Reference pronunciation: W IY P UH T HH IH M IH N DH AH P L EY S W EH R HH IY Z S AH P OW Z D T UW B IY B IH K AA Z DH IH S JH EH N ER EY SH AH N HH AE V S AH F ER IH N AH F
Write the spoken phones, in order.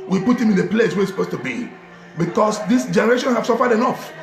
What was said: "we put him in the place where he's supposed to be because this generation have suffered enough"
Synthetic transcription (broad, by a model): W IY P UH T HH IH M IH N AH P L EY S W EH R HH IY S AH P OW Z T UW B IY B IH K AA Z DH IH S JH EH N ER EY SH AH N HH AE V S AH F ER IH N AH F